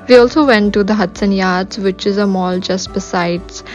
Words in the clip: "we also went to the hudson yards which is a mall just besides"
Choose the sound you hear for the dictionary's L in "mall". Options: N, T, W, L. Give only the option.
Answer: L